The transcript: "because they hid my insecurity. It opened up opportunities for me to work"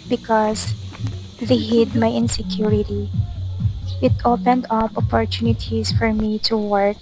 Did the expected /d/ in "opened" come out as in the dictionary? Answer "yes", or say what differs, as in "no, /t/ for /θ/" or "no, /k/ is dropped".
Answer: yes